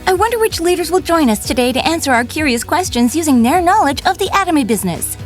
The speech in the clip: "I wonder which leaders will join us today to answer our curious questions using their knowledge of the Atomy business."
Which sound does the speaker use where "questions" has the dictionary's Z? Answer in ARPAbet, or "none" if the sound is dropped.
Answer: Z